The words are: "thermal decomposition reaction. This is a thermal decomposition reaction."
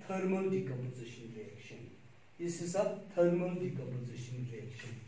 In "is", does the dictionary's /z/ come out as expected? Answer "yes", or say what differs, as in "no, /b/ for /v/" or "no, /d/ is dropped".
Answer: no, /s/ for /z/